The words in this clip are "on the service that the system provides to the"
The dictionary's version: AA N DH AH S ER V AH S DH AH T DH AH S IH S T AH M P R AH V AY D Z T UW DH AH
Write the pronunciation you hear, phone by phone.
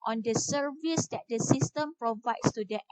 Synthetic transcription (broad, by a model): AA N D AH S ER V AH S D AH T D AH S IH S T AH M P R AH V AY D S T UW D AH